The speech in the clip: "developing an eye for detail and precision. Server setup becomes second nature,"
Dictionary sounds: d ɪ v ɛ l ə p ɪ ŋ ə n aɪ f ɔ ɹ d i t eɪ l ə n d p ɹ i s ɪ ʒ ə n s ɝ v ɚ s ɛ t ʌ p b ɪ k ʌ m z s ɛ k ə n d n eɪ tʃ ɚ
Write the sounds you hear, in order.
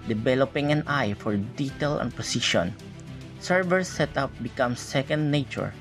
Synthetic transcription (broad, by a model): d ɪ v ɛ l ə p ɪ ŋ ə n aɪ f ɔ ɹ d i t eɪ l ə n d p i s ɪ ʃ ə n s ɝ v ɚ s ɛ t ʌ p b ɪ k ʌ m s ɛ k ə n d n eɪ tʃ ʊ